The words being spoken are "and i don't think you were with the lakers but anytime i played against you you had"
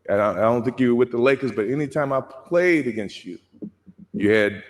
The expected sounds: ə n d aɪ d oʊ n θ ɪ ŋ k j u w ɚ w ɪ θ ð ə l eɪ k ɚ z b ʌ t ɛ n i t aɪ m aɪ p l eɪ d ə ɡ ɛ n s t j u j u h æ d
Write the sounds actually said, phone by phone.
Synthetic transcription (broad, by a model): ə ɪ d aɪ d oʊ n θ ɪ ŋ k j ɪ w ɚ w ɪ ð ə l eɪ k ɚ s b ʌ t ɛ n i t aɪ m aɪ p l eɪ d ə ɡ ɛ n s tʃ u j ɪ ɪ d